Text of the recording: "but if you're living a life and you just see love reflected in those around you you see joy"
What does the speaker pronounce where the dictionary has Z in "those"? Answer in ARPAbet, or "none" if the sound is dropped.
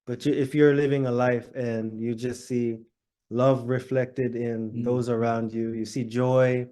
Z